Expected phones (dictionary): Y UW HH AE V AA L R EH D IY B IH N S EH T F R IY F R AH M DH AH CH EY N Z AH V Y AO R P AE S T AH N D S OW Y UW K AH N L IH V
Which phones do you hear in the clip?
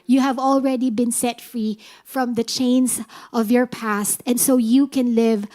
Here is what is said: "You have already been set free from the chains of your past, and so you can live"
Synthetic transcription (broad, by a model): Y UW HH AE V AA L R EH D IY B IH N S EH T F R IY F R AH M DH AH CH EY N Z AH V Y AO R P AE S T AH N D S OW Y UW K AH N L IH V